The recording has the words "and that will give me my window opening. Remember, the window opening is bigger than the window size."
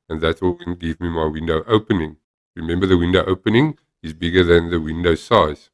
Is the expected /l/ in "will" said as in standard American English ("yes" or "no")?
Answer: no